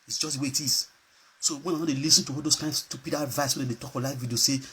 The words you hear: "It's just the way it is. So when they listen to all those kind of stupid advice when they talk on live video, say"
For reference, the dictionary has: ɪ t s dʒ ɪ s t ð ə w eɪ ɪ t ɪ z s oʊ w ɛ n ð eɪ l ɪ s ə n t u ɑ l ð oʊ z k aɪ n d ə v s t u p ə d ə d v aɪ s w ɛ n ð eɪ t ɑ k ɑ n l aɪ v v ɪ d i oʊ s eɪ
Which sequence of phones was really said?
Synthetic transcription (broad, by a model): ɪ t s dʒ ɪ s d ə w eɪ ɪ t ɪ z s oʊ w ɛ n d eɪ l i s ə n t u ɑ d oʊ s k aɪ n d s t u p ə d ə v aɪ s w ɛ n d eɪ t ɑ k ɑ l aɪ f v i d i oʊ s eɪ